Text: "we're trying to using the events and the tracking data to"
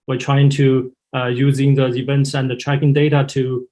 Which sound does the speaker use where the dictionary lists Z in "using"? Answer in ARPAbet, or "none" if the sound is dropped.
Z